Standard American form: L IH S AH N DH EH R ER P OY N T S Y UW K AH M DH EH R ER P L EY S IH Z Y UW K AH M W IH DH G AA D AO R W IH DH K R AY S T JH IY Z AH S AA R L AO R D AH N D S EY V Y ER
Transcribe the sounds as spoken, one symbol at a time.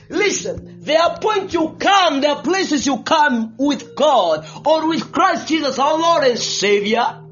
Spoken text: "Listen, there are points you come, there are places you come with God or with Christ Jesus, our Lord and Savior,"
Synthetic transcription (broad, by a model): L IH S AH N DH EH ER P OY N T Y UW K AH M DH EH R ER P L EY S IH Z Y UW K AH M W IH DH G AA D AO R W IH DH K R AY S T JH IY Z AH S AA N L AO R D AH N S EY V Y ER